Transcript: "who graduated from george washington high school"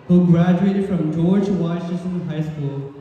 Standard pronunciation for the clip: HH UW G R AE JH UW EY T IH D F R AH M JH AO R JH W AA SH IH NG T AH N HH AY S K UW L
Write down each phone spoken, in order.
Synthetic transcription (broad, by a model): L G R AE JH UW EY T IH D F R AH M JH AO R JH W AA IH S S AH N HH AY S K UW L